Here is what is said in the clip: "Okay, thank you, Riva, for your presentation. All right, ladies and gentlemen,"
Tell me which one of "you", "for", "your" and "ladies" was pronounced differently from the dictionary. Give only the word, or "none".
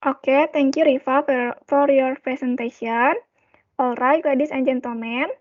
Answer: ladies